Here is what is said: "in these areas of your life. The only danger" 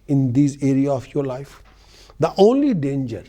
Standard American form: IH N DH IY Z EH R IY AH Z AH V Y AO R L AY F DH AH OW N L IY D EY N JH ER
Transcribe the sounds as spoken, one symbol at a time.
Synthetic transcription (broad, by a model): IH N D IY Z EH R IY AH AH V Y AO R L AY F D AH OW N L IY D EY N JH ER